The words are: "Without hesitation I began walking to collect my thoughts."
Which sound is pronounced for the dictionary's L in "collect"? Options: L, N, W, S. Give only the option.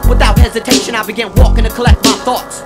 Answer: L